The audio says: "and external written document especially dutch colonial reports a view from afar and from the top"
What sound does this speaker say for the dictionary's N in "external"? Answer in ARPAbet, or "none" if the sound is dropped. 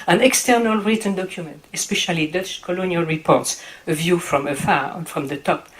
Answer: N